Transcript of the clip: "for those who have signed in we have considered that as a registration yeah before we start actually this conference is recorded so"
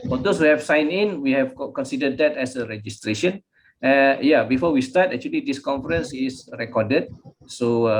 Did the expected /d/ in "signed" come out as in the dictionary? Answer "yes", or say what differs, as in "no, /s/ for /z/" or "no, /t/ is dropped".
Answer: no, /d/ is dropped